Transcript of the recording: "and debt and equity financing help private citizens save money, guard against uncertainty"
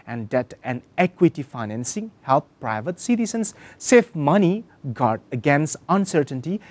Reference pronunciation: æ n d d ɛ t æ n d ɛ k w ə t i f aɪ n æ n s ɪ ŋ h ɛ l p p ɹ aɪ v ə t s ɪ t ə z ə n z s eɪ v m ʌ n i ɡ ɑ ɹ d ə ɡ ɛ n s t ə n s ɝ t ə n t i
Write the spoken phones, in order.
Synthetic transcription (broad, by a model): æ n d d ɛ t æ n ɛ k w ə t i f aɪ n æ n s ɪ ŋ h ɛ l p p ɹ aɪ v ə t s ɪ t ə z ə n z s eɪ f m ʌ n i ɡ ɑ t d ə ɡ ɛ n s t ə n s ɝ t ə n t i